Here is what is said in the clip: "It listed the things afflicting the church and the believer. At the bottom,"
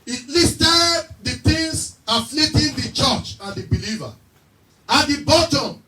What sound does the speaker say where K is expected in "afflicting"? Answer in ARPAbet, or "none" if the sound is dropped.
none